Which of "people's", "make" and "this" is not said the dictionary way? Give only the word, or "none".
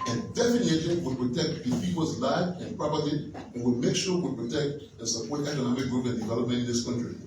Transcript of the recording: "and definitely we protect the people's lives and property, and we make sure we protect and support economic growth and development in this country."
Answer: people's